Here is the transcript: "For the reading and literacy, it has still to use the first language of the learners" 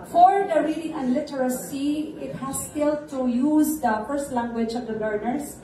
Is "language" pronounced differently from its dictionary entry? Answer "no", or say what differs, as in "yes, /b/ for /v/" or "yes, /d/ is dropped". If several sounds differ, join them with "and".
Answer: no